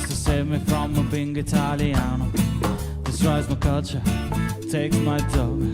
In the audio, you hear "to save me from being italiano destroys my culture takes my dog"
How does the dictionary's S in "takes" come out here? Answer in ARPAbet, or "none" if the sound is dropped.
none